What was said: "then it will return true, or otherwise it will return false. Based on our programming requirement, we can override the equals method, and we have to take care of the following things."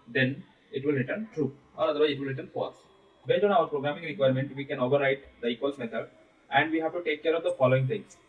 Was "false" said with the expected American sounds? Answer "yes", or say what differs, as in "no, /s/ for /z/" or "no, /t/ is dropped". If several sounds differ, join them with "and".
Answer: no, /l/ is dropped